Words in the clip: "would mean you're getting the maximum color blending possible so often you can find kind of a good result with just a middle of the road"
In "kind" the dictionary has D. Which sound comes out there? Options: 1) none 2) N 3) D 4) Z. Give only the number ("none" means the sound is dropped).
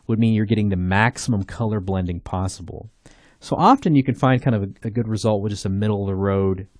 1